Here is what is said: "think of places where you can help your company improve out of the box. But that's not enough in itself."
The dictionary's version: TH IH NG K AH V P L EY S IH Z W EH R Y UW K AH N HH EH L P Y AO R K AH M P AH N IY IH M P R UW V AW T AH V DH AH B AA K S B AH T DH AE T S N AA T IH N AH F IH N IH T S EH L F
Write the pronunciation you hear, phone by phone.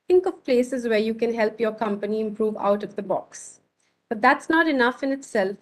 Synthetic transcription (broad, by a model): IH NG K AH V P L EY S IH Z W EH R Y UW K AH N HH EH L P Y AO R K AH M P AH N IY IH M P R UW V AW T AH V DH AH B AA K S B AH T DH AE T S N AA T IH N AH F IH N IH T S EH L F